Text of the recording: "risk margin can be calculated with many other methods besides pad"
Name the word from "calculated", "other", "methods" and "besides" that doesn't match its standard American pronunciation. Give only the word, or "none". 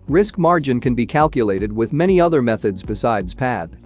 none